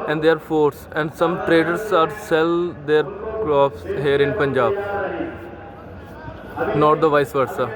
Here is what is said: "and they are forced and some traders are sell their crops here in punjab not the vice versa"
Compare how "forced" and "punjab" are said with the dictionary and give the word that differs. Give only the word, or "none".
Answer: forced